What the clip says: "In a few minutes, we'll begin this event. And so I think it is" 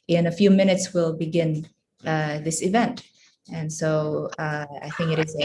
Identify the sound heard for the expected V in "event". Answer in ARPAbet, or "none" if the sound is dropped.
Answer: V